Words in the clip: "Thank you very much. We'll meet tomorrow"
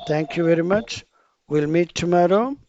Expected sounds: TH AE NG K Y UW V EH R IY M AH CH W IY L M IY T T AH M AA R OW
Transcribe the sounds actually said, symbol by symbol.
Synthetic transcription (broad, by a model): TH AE NG K Y UW V EH R IY M AH CH W IY L M IY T T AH M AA R OW